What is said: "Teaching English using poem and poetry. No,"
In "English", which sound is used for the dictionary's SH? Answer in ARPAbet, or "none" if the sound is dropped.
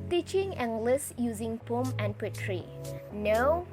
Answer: S